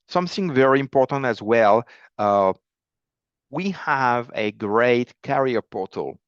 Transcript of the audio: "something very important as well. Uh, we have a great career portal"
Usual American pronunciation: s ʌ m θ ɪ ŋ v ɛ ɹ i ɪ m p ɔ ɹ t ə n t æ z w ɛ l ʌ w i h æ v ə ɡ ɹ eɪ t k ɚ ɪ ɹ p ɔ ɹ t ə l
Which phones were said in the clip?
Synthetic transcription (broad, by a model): s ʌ m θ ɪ ŋ v ɛ ɹ i ɪ m p ɔ ɹ t ə n t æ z w ɛ l ʌ w i h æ v ə ɡ ɹ eɪ t k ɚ ɹ p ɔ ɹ t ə l